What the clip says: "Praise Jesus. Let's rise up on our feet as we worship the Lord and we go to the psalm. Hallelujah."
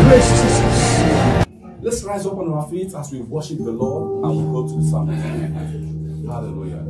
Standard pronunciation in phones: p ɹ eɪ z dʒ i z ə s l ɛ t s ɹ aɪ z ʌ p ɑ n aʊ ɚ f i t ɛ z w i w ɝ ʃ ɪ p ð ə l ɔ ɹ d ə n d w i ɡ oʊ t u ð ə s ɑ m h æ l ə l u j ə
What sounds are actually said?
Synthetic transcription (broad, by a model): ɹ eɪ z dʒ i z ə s l ɛ t s ɹ aɪ z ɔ p ɑ n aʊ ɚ f i t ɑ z w i w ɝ ʃ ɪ p ð ə l ɔ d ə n w i ɡ oʊ t u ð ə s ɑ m h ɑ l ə l u j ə